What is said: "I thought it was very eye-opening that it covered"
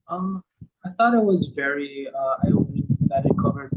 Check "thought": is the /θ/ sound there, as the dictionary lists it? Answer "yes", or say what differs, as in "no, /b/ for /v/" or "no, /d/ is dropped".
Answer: yes